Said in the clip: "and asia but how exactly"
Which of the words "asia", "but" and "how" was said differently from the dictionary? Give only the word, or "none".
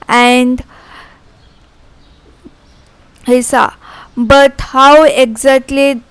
asia